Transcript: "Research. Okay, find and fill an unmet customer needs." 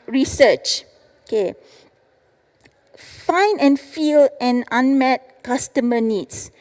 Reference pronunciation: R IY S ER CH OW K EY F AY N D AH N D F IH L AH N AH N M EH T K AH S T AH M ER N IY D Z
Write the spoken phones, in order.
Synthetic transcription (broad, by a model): R IY S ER CH OW K EY F AY N AH N F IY L AH N AH N M EH T K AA S T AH M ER N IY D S